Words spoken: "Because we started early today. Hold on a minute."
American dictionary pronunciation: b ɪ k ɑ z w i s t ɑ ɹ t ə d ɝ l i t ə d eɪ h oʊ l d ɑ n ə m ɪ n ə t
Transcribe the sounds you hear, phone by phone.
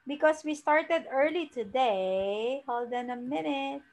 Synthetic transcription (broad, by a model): b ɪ k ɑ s w i s t ɑ ɹ t ə d ɝ l i t ə d eɪ h oʊ l d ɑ n ə m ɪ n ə t